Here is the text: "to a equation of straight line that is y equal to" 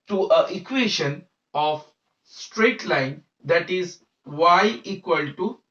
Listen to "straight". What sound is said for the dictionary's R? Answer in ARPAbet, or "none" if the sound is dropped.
R